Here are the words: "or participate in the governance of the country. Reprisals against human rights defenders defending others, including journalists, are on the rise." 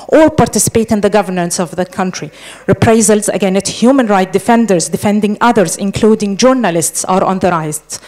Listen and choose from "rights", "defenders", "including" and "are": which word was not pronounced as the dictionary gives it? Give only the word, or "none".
rights